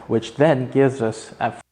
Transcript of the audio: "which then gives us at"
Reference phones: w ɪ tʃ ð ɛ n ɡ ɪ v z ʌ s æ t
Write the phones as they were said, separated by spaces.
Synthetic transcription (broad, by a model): w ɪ tʃ ð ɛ n ɡ ɪ v z ʌ s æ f